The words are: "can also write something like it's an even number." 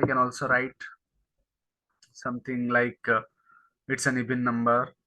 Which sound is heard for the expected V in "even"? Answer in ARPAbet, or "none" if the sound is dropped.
B